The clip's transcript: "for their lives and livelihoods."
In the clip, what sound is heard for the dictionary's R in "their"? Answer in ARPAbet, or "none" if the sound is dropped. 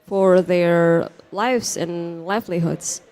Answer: R